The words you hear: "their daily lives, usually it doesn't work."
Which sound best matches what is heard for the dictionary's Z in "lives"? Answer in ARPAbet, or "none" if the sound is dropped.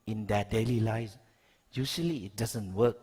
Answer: none